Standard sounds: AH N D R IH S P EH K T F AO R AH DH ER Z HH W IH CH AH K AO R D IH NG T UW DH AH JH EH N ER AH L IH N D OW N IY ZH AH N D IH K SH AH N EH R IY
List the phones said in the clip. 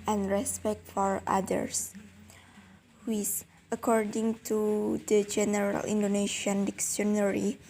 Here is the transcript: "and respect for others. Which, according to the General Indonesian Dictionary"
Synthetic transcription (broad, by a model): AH N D R IH S P EH K T F AO R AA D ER S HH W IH S AH K AO R D IH NG T UW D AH JH EH N ER AH L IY N D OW N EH SH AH N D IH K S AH N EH R IY